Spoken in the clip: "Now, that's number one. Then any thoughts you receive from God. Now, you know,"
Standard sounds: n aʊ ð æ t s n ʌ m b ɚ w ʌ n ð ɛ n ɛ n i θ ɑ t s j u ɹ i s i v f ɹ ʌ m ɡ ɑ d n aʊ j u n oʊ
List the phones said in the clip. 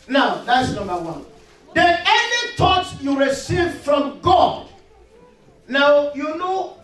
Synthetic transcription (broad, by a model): n aʊ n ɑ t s n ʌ m b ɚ w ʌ n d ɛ ɛ n i t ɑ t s j u ɹ i s i v f ɹ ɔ m ɡ ɑ d n aʊ j u n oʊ